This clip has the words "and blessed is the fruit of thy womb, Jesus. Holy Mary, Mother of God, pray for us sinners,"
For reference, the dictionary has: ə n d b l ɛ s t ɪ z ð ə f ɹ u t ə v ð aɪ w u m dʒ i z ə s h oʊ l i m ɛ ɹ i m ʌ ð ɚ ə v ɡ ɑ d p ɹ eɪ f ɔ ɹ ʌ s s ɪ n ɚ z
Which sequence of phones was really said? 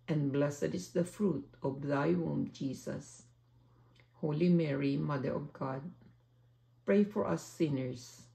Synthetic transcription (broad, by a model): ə n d b l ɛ s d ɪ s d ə f ɹ u t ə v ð aɪ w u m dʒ i s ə s h oʊ l i m ɛ ɹ i m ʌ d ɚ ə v ɡ ɑ d p ɹ eɪ f ɔ ɹ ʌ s s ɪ n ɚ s